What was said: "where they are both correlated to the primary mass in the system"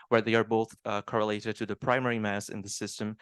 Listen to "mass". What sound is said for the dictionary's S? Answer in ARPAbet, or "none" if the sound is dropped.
S